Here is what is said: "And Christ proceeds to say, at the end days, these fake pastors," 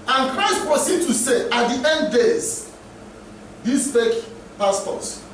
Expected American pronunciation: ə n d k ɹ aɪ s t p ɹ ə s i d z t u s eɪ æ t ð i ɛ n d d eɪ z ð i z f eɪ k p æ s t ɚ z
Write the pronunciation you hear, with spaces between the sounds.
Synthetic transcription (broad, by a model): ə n k ɹ aɪ s t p ɹ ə s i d t u s eɪ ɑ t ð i ɛ n d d eɪ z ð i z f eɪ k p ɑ s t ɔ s